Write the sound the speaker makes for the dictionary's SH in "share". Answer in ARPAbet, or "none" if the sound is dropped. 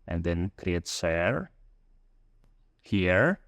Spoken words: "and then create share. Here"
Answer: S